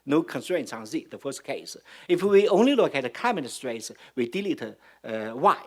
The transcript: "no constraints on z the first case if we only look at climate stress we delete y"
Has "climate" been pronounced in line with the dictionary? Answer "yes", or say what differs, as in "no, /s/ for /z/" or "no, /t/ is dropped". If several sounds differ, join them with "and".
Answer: no, /l/ is dropped